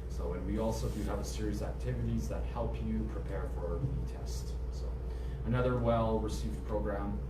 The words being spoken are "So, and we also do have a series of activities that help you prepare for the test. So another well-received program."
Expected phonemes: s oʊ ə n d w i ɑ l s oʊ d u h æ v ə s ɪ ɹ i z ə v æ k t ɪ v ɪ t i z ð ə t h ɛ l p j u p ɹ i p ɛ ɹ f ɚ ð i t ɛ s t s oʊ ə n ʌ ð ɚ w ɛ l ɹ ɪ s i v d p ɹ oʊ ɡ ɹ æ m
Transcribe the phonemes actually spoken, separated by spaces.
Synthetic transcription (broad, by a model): s oʊ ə n w i ɑ l s oʊ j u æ v ə s ɪ ɹ i z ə æ k t ɪ v ɪ t i z ð ə t h ɛ l p j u p ɹ i p ɛ ɹ f ɚ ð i t ɛ s t s oʊ ə n ʌ ð ɚ w ɛ l ɹ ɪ s i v p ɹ oʊ ɡ ɹ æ m